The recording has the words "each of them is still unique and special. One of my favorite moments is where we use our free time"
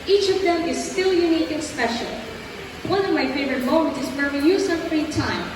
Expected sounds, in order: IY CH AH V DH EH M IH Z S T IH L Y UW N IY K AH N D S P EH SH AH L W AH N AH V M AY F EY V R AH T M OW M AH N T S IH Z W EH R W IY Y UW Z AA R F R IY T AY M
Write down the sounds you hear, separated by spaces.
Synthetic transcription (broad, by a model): IY CH AH V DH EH M IH Z S T IH L Y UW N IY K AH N S P EH SH AH L W AH N AH V M AY F EY V R AH T M OW M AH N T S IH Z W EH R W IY Y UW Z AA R F R IY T AY M